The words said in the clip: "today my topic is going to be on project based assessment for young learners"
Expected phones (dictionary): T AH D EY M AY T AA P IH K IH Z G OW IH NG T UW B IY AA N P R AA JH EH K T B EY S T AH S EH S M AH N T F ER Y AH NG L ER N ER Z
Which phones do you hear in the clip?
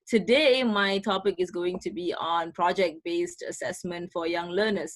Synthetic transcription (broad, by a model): T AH D EY M AY T AA P IH K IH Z G OW IH NG T UW B IY AA N P R AA JH EH K T B EY S T AH S EH S M AH N T F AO Y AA NG L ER N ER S